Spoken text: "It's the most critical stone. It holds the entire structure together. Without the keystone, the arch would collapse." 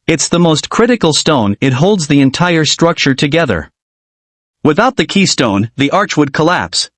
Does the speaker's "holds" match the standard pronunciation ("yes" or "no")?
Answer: yes